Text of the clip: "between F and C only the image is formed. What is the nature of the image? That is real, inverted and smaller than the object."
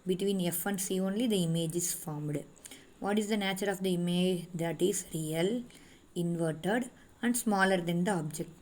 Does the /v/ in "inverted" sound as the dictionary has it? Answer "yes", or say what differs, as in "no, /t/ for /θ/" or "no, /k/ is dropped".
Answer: yes